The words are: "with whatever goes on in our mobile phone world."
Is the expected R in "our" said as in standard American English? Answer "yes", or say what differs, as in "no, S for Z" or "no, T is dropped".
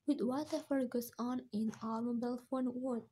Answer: no, L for R